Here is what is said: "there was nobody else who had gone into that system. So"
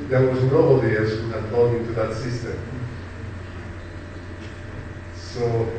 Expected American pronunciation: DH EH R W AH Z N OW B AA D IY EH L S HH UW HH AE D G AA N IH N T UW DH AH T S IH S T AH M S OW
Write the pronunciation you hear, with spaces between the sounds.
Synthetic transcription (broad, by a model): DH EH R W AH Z N OW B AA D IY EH S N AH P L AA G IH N T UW DH AH T S IH S T AH M S OW